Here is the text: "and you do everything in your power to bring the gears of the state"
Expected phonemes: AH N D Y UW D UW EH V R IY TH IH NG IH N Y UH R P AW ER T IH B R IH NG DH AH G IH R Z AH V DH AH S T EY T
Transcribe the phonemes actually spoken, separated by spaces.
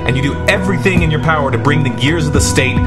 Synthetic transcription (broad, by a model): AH N Y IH D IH EH V R IY TH IH NG IH N Y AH R P AW ER T IH B R IH NG DH AH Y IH R Z AH V DH AH S T EY T